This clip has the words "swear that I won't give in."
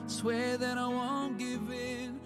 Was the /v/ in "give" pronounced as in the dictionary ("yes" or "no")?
yes